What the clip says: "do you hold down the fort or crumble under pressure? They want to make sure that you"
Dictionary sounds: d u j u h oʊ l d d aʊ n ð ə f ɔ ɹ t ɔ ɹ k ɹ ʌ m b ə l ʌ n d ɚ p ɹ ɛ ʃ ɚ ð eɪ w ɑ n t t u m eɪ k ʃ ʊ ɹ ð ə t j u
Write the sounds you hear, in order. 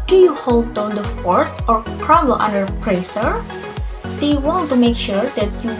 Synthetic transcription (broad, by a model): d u j u h oʊ l d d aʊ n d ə f ɔ ɹ t ɔ ɹ k ɹ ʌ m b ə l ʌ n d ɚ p ɹ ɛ s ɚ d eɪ w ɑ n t t u m eɪ k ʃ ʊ ɹ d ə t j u